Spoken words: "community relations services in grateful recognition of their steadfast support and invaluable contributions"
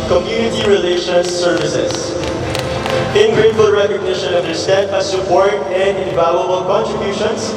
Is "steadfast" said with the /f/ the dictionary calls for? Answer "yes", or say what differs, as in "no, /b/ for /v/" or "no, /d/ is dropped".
no, /f/ is dropped